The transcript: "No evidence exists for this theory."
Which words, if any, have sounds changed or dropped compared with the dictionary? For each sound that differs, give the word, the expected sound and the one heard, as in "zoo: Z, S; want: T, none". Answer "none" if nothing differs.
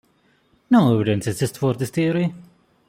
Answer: exists: S, none; theory: TH, T